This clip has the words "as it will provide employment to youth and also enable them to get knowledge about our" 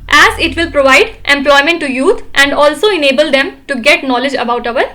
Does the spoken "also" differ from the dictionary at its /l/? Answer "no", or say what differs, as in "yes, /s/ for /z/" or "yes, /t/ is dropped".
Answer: no